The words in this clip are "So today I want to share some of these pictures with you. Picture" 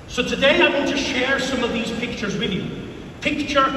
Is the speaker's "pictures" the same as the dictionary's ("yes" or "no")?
yes